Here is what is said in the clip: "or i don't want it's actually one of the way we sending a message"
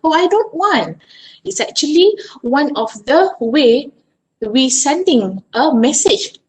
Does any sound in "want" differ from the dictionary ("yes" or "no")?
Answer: no